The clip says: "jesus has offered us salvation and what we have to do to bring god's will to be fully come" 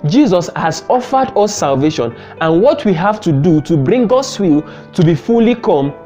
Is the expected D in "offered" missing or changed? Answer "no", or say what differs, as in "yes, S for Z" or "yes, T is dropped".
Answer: no